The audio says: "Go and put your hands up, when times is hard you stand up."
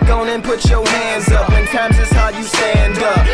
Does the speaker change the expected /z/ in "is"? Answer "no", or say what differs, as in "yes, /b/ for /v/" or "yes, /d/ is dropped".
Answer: yes, /s/ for /z/